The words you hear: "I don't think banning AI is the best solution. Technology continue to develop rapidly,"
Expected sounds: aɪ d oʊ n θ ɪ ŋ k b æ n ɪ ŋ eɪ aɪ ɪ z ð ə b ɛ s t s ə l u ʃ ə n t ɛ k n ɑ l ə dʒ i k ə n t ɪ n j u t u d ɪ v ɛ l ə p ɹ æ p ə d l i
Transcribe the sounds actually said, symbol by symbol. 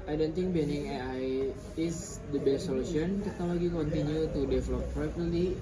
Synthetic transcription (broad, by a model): aɪ d oʊ n t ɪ ŋ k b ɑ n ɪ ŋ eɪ aɪ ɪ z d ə b ɛ s t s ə l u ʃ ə n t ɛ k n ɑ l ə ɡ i k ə n t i n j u t u d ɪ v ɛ l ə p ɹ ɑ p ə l i